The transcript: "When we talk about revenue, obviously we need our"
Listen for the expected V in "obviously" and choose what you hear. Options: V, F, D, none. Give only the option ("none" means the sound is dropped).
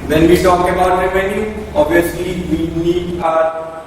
none